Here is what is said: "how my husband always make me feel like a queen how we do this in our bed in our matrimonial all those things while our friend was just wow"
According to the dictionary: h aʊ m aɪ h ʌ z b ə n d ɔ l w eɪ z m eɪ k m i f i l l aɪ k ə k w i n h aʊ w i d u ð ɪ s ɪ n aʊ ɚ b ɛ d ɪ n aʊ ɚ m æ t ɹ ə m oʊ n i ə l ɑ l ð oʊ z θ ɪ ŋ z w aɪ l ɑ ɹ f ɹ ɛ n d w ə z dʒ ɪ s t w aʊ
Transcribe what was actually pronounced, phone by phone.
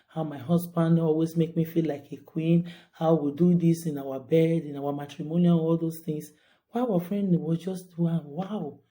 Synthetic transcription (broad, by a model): h aʊ m aɪ h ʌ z b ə n d ɔ l w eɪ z m eɪ k m i f i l l aɪ k ə k w i n h aʊ w i d u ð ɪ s ɪ n aʊ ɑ b ɛ d ɪ n aʊ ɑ m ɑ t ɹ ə m oʊ n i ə n ɑ l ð oʊ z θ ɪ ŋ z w aɪ w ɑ f ɹ ɛ n d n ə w dʒ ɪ s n w aʊ